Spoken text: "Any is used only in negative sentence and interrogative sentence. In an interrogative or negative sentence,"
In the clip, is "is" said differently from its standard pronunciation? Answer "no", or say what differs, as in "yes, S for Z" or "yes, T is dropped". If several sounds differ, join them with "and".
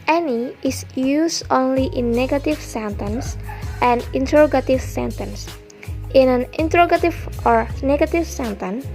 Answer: yes, S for Z